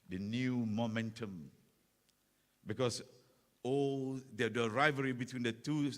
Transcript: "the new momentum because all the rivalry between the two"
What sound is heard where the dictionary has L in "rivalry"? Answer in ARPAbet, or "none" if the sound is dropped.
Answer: none